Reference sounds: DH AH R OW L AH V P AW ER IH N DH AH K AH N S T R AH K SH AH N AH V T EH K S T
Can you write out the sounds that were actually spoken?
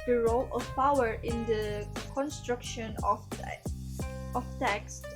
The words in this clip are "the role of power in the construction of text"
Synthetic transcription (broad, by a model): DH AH R OW L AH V P AW ER IH N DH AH K AH N S T R AH K SH AH N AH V T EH K S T